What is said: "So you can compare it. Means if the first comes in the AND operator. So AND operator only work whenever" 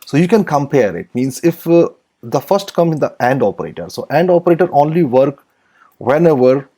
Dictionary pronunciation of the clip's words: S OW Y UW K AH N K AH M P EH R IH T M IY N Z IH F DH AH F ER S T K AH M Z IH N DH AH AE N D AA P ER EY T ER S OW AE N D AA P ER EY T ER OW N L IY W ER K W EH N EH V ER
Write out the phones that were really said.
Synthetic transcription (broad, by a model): S OW Y UW K AH N K AH M P EH R IH T M IY N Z IH F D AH F ER S T K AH M IH N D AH AE N D AA P ER EY T ER S OW AE N D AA P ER EY T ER OW N L IY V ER K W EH N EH V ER